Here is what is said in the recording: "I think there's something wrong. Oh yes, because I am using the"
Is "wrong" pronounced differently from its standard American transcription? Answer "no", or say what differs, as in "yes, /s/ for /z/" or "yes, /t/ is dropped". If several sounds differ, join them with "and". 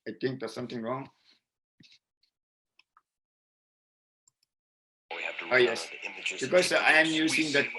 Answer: no